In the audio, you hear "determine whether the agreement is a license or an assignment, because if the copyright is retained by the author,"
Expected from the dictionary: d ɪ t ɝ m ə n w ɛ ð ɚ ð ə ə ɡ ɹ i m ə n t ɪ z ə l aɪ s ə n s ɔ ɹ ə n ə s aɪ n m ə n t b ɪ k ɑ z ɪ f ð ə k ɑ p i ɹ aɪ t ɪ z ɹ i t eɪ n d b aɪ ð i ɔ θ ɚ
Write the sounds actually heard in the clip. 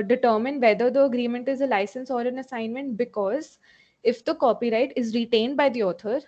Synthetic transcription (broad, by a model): d ɪ t ɝ m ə n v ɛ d ɚ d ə ə ɡ ɹ i m ə n t ɪ z ə l aɪ s ə n s ɔ ɹ ə n ə s aɪ n m ə n t b ɪ k ɑ z ɪ f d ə k ɑ p i ɹ aɪ t ɪ z ɹ i t eɪ n d b aɪ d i ɔ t ɚ